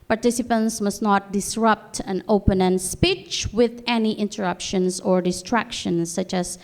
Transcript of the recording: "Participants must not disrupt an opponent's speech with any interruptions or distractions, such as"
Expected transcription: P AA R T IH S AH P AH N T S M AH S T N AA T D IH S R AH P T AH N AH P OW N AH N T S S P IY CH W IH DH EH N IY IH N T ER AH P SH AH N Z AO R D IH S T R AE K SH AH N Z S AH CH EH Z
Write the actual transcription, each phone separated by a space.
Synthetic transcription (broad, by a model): P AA R T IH S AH P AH N S M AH S N AA T D IH S R AH P T AH N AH P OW N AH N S S P IY CH W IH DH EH N IY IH N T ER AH P SH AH N S AO R D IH S T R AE K SH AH N S AH CH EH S